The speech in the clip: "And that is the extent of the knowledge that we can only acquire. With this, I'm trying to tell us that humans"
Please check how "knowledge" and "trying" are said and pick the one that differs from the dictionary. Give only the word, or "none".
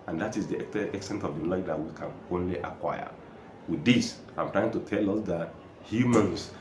knowledge